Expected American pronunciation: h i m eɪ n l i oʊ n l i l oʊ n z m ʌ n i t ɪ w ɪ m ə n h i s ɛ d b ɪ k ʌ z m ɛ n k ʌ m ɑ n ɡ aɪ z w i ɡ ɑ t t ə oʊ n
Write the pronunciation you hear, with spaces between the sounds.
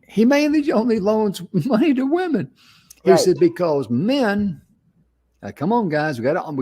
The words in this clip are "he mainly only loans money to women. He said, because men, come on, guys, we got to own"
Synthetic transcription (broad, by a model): h i m eɪ n l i oʊ n l i l oʊ n z m ʌ n i t ɪ w ɪ m ə n h i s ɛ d b ɪ k ʌ z m ɛ n k ʌ m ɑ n ɡ aɪ z w i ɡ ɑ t t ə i